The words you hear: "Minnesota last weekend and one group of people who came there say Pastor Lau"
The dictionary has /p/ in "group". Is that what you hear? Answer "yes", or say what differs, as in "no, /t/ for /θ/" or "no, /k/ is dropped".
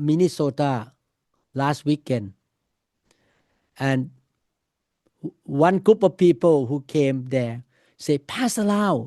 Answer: yes